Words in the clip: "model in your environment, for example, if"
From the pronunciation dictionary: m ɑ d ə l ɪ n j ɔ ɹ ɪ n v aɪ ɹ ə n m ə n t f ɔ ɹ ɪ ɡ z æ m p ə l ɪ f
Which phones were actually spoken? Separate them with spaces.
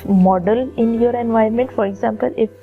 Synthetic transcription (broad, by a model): m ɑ d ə l ɪ n j ɔ ɹ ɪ n v aɪ ə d m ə n t f ɔ ɹ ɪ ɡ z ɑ m p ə l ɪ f